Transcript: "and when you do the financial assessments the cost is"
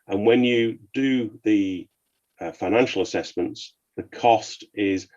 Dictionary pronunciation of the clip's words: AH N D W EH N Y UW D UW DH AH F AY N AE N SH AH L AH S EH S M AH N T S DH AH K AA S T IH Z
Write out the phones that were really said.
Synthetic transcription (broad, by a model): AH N W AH N Y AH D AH DH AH F AY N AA N SH AH L AH S EH S M AH N T S DH AH K AA S T IH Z